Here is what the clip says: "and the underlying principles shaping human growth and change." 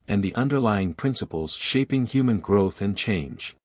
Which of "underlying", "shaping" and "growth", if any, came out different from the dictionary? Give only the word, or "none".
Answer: none